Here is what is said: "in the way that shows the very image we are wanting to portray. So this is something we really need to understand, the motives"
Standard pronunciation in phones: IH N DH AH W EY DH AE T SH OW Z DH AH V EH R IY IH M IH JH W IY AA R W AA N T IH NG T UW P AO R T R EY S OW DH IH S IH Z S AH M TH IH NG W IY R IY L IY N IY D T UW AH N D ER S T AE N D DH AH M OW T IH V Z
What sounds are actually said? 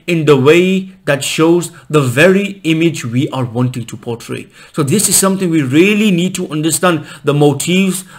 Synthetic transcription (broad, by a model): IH N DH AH W EY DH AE T SH OW Z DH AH V EH R IY IH M IH JH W IY AA R W AA N T IH NG T UW P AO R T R EY S OW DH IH S IH Z S AH M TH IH NG W IY R IY L IY N IY D T UW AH N D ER S T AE N D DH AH M OW T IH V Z